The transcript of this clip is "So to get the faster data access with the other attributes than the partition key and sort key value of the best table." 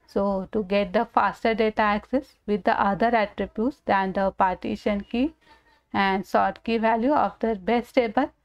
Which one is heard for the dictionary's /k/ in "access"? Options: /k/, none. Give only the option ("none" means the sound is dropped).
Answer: /k/